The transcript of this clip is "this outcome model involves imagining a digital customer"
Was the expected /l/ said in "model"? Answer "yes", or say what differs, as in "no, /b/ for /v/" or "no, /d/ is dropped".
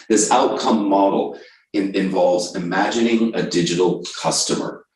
no, /n/ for /l/